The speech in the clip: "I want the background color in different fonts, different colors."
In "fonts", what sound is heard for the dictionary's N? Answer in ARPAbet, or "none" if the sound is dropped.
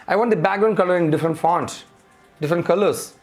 N